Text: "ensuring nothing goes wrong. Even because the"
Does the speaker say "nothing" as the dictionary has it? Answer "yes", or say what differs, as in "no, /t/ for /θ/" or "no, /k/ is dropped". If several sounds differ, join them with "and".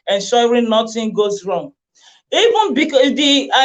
no, /t/ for /θ/